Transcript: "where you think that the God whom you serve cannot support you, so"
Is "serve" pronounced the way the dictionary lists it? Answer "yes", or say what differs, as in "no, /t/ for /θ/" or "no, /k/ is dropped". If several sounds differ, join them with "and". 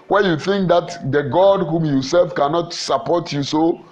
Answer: no, /f/ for /v/